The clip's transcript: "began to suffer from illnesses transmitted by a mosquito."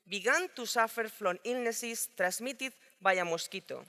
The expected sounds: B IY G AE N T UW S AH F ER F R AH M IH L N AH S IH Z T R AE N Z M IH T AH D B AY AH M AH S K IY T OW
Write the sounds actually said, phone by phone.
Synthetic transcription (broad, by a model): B IY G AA N T UW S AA F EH F L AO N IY L N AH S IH S T R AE Z M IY T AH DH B AY AH M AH S K IY T OW